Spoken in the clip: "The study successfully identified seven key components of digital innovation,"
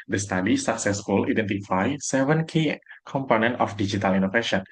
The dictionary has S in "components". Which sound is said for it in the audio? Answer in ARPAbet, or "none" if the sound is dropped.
none